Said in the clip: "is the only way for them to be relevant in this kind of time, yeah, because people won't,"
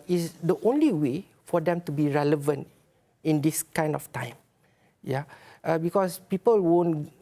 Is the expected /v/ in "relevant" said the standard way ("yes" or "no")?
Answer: yes